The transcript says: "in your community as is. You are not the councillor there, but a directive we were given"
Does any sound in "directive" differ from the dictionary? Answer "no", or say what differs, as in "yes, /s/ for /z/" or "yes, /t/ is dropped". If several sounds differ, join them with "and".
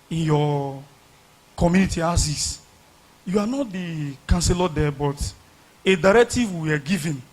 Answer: no